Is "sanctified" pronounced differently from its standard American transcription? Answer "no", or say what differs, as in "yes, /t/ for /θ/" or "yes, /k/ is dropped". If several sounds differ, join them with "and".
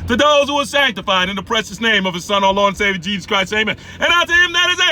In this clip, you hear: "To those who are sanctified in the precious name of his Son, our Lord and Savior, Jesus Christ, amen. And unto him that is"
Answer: no